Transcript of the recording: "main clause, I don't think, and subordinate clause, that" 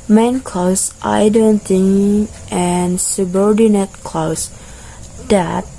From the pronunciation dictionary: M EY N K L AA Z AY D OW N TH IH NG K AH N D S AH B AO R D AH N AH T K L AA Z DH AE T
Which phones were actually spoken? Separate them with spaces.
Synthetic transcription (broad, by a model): M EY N K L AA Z AY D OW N T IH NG AH N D S AH B AO R D AH N AH T K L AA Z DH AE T